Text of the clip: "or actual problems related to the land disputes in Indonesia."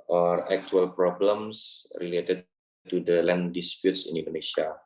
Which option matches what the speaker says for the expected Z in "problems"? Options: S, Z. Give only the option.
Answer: S